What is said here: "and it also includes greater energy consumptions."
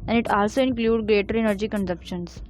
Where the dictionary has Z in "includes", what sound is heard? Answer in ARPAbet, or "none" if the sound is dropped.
none